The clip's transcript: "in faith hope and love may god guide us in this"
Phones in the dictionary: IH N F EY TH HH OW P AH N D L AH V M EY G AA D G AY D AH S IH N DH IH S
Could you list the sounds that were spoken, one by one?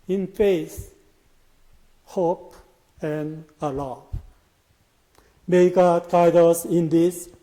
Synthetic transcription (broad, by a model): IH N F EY S HH OW P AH N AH L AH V M EY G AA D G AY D AH S IH N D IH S